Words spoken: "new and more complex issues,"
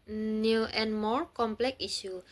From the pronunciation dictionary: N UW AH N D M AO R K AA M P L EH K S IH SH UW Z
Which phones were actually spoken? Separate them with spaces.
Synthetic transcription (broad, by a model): N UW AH N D M AO R K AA M P L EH K IY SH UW